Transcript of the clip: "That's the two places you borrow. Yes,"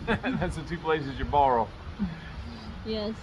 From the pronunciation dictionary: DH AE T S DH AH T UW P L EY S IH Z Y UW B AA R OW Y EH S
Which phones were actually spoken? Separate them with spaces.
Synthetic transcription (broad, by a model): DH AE T S DH AH T UW P L EY S IH Z Y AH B AA R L Y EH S